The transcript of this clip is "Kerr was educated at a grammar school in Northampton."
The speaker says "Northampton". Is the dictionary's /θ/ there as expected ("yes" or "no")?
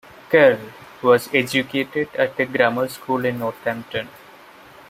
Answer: no